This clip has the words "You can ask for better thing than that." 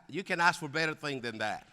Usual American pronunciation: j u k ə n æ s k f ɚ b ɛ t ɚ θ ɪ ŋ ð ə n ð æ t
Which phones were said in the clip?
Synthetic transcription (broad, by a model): j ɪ k ə n æ s k f ɚ b ɛ t ɚ θ ɪ ŋ ð ə n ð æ t